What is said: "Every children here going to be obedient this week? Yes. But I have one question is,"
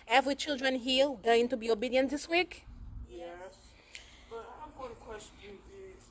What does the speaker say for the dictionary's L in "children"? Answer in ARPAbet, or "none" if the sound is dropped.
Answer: L